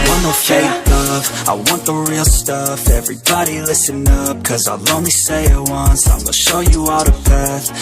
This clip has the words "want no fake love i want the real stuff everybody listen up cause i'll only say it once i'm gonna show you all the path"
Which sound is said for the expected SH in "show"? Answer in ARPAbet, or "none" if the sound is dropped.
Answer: SH